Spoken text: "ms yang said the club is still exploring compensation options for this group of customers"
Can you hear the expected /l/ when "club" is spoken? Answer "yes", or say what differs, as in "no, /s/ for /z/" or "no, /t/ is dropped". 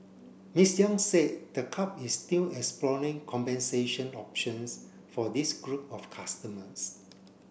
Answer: no, /l/ is dropped